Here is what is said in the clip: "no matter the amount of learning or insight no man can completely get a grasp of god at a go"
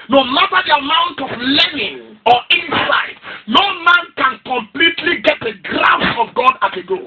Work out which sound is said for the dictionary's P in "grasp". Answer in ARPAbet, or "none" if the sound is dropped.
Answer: none